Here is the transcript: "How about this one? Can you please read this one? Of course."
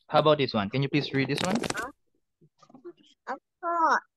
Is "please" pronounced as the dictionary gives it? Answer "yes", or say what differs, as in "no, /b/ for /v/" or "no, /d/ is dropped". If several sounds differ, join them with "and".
no, /s/ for /z/